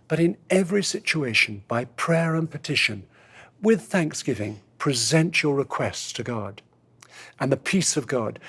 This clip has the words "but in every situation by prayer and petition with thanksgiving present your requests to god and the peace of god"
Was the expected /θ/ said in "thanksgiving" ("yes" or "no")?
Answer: yes